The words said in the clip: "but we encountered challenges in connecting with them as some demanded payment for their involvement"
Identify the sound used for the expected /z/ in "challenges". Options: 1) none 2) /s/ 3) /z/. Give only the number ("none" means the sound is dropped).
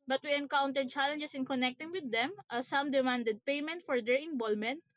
2